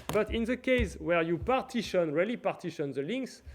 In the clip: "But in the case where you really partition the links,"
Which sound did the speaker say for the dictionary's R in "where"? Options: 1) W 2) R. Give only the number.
2